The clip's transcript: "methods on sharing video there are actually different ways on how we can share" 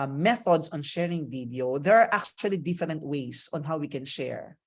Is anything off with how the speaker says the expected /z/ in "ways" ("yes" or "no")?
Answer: yes